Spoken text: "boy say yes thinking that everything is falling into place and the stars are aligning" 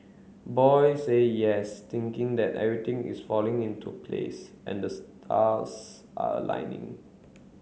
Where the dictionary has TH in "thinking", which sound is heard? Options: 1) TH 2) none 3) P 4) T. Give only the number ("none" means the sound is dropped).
4